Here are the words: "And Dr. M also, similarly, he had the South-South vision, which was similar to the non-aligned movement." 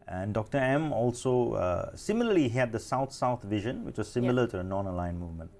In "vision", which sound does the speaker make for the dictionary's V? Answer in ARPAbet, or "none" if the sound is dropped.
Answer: V